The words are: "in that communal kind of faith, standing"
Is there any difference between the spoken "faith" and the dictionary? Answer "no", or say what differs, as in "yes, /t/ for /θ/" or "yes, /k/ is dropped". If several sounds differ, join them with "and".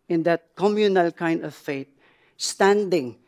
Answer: yes, /t/ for /θ/